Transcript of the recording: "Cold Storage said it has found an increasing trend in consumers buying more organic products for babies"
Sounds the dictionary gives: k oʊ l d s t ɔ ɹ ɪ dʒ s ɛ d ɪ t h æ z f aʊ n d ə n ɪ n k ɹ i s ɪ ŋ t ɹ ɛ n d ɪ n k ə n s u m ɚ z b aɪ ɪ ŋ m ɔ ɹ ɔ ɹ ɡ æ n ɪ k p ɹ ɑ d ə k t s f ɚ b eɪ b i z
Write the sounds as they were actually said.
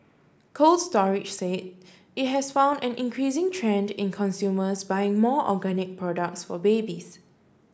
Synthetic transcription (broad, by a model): k oʊ l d s t ɔ ɹ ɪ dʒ s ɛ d ɪ t h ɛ s f aʊ n d ə n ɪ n k ɹ i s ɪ ŋ t ɹ ɛ n d ɪ n k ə n s u m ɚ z b aɪ ɪ ŋ m ɔ ɔ ɡ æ n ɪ k p ɹ ɑ d ə k t s f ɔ b eɪ b i s